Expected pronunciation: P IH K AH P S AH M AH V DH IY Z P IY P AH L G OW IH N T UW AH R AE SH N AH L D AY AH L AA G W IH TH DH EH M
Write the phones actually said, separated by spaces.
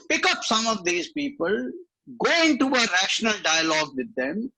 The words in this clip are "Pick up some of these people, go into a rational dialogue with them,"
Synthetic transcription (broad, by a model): P IH K AH P S AH M AH V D IY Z P IY P AH L G OW IH N T UW AH R AE SH N AH L D AY AH L AA G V IH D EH M